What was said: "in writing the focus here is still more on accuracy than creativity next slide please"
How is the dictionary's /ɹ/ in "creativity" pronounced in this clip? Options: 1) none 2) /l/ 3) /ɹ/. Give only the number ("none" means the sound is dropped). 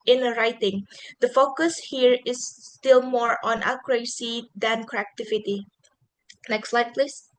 1